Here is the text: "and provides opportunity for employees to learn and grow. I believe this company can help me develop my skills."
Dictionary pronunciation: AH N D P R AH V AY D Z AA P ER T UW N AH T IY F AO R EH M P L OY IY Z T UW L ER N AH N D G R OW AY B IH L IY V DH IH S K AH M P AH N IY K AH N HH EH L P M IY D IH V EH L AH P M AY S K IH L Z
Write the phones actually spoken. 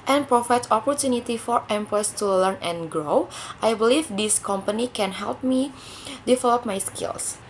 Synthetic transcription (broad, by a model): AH N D P R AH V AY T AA P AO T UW N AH T IY F AO R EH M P OY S T UW L ER N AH N G R OW AY B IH L IY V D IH S K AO M P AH N IY K AH N HH EH L P M IY D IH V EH L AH P M AY S K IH L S